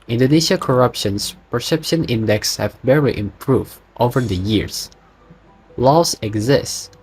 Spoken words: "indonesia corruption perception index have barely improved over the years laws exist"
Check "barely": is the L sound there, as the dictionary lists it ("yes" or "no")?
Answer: no